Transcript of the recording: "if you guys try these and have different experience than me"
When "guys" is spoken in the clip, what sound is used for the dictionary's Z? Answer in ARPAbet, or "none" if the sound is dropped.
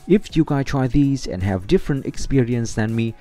none